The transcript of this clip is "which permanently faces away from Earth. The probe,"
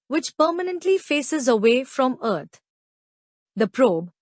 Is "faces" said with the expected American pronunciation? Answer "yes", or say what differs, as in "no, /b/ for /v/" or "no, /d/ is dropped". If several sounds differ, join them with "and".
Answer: yes